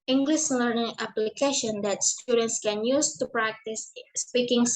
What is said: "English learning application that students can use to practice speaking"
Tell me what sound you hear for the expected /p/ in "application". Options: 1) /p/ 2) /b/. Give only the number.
1